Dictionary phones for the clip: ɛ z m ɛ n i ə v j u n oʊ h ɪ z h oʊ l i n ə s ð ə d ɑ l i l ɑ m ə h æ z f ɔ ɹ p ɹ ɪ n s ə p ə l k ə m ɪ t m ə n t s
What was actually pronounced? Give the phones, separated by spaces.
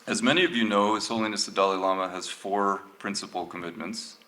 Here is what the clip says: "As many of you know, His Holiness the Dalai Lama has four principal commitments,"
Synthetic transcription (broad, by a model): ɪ z m ɛ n i ə v j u n oʊ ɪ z h oʊ l i n ə s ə d ɑ l i l ɑ m ə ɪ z f ɔ ɹ p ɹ ɪ n s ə p l k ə m ɪ t m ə n t s